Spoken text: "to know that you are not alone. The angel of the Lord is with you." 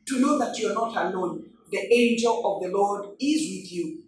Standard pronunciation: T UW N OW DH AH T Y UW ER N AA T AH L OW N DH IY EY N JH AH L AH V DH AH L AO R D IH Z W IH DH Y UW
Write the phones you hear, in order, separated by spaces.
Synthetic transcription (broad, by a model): T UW N OW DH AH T Y UW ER N AA T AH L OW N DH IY EY N JH AH L AH V DH AH L AO R D IH Z W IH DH Y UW